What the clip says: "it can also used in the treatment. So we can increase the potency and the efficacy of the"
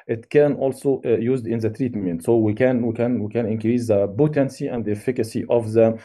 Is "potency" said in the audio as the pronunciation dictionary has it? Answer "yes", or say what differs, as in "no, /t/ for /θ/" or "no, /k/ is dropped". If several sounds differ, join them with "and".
no, /b/ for /p/